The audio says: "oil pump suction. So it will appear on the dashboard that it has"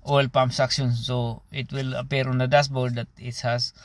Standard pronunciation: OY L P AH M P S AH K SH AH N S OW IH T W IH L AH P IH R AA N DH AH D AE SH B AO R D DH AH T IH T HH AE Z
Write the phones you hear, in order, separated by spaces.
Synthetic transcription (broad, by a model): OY L P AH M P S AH K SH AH N S OW IH T W IH L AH P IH R AA N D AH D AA S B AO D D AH T IH T HH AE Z